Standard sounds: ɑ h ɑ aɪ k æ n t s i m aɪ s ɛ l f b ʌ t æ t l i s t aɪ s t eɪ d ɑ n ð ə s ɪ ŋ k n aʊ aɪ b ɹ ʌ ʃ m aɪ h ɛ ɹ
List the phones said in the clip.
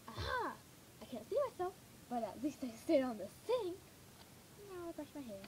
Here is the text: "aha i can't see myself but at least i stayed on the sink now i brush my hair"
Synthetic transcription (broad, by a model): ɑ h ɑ aɪ k æ n t s i m aɪ s ɛ l f b ʌ t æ t l i s t aɪ s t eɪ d n ð ə θ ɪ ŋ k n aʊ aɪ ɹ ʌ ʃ m aɪ h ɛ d